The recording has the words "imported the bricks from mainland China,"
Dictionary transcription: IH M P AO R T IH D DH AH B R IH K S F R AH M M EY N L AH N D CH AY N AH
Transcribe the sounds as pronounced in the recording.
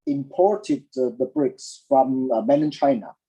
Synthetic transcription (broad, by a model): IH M P AO R T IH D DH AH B R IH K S F R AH M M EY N AH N CH AY N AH